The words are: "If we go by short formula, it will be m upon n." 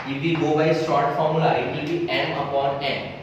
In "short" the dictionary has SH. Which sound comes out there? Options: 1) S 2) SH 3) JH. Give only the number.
1